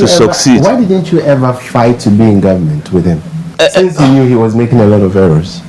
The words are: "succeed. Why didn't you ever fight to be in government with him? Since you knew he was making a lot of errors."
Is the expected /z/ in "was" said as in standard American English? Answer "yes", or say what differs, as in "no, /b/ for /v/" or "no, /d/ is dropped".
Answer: yes